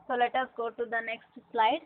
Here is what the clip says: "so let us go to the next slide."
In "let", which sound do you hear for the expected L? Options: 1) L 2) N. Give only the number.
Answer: 1